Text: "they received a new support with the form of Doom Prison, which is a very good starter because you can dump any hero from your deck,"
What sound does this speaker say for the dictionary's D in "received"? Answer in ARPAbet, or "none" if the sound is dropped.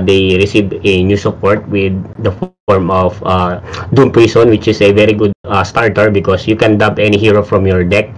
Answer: none